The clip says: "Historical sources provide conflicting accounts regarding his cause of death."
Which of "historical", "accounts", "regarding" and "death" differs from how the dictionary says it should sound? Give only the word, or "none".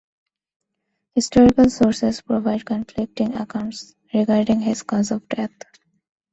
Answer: death